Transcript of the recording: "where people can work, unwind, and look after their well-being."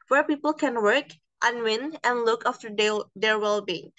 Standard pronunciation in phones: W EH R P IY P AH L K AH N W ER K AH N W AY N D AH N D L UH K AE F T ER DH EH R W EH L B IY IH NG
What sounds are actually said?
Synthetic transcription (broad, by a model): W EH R P IY P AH L K AH N W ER K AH N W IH N AH N L UH K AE F T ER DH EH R W EH L B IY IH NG